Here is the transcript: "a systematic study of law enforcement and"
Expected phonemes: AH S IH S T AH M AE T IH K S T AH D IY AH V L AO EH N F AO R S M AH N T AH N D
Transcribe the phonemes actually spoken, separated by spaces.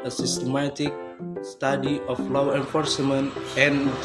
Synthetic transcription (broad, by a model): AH S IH S T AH M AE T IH K S T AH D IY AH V L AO EH N F AO R S M AH N T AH N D